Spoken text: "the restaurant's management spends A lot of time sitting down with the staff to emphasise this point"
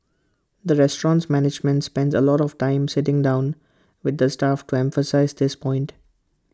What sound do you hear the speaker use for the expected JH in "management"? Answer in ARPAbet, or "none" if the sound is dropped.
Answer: JH